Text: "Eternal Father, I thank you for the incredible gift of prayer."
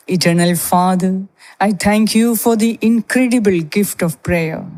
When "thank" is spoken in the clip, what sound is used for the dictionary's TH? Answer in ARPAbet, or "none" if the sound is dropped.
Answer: T